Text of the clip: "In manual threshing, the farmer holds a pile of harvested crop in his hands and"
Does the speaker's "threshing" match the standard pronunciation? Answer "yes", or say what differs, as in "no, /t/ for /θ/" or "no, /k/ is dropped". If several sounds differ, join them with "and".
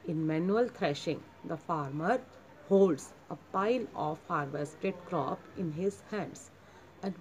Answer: no, /t/ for /θ/